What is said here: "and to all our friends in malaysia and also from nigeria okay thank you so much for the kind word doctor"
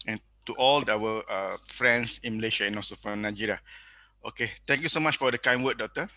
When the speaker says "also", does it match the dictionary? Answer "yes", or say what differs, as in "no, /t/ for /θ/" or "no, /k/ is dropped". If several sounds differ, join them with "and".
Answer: no, /l/ is dropped